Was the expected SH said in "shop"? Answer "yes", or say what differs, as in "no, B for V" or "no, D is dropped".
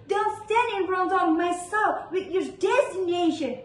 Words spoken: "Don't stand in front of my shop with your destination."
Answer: no, S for SH